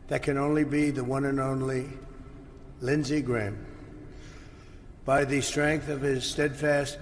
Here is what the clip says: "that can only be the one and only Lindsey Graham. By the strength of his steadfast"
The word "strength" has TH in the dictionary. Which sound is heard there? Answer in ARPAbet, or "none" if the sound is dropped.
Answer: TH